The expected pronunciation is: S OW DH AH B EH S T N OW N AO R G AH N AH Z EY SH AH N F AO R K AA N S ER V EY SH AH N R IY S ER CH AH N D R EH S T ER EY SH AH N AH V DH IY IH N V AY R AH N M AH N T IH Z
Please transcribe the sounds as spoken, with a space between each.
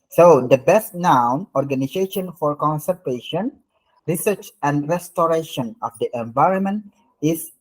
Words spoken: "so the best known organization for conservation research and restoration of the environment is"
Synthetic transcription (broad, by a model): S OW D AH B EH S T N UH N AO R G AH N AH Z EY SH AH N F AO R K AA N S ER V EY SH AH N R IY S ER CH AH N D R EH S T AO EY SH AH N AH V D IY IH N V AY R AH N M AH N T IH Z